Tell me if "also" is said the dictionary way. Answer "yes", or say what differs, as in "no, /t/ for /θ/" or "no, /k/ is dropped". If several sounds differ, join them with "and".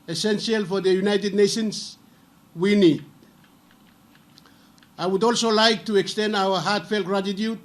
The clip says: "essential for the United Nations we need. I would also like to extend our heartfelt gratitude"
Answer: yes